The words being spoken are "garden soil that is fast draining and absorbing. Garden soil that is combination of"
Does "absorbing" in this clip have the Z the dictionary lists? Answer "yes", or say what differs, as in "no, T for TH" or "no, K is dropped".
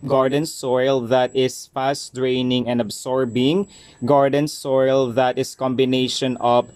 no, S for Z